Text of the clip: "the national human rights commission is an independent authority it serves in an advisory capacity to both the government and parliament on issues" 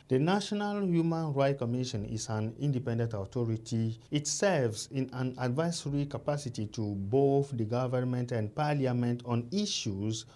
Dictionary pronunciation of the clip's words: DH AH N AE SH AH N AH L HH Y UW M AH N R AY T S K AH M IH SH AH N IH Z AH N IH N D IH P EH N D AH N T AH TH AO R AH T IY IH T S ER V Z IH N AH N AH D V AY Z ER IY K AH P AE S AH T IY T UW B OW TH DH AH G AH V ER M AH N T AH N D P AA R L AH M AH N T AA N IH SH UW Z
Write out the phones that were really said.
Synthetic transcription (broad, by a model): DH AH N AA SH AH N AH L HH Y UW M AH N R AY T K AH M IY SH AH N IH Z AH N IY N D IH P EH N D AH N T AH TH AO R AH T IY IH T S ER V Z IH N AH N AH D V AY S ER IY K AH P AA S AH T IY T UW B OW TH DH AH G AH V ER M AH N T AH N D P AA L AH M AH N T AA N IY SH UW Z